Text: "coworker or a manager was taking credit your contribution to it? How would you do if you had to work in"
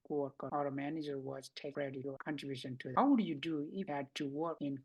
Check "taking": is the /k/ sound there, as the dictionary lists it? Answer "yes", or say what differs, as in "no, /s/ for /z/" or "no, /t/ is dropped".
no, /k/ is dropped